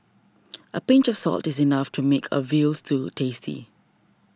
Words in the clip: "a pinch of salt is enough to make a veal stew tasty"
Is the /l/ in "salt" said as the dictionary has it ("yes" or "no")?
yes